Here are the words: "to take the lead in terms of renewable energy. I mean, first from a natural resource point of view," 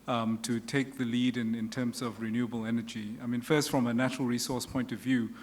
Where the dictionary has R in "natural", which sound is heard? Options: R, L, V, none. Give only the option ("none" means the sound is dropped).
R